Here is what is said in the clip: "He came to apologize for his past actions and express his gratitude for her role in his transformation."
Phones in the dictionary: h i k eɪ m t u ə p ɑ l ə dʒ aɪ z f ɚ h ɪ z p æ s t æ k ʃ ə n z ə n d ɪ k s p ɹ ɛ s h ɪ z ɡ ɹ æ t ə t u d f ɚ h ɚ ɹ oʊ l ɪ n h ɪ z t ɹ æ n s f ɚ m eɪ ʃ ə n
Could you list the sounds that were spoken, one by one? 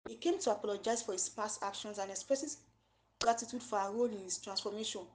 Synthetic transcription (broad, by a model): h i k eɪ m t u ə p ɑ l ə dʒ aɪ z f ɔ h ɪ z p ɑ s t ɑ k ʃ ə n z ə n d ɪ k s p ɹ ɛ s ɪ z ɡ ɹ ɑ t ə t u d f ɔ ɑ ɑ ɹ oʊ l ɪ n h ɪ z t ɹ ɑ n s f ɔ m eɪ ʃ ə n